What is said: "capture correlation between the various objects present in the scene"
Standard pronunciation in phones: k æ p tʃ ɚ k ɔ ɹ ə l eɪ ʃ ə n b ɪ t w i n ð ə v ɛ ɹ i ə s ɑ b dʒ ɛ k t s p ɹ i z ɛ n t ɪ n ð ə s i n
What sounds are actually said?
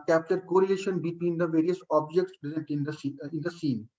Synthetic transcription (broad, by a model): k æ p tʃ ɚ k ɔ ɹ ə eɪ ʃ ə n b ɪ t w i n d ə v ɛ ɹ i ə s ɑ b dʒ ɛ k t s p ɹ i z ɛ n t ɪ n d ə s i n